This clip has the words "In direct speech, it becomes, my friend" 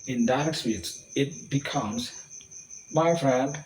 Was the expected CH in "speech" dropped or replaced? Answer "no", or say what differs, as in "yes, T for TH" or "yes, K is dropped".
yes, S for CH